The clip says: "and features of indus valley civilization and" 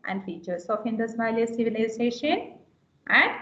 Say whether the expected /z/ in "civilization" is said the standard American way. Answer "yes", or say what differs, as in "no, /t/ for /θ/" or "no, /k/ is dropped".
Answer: no, /s/ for /z/